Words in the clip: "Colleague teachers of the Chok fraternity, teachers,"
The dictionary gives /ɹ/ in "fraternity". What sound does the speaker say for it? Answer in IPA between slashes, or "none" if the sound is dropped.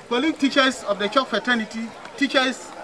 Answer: none